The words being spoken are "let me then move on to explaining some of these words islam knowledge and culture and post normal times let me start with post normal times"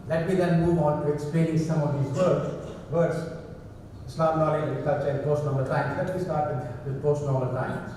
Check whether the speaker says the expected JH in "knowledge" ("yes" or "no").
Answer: no